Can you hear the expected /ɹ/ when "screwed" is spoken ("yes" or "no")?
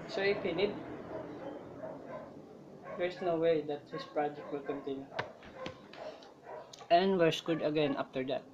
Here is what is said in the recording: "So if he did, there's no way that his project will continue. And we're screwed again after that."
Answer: no